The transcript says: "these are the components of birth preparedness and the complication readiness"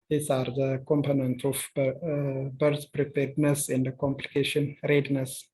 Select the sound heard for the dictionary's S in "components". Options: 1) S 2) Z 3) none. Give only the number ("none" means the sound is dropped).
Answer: 3